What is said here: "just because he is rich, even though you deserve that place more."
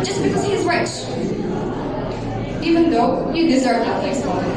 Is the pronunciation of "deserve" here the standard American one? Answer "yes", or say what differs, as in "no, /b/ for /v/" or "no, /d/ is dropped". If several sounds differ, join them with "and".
yes